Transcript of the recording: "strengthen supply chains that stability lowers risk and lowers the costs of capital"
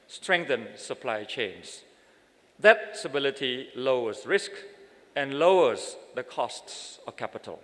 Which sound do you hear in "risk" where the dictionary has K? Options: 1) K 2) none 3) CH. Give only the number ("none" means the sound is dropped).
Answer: 1